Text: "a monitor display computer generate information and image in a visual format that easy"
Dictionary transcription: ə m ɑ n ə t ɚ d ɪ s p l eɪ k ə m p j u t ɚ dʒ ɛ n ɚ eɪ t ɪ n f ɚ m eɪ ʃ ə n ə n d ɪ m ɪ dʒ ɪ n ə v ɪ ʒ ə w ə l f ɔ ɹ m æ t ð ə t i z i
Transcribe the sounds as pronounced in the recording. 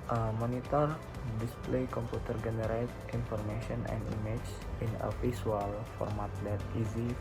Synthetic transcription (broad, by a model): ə m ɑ n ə t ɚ d ɪ s p l eɪ k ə m p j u t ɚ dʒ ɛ n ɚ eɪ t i n f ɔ m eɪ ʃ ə n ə n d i m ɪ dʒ ɪ n ə f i s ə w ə l f ɔ ɹ m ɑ t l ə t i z i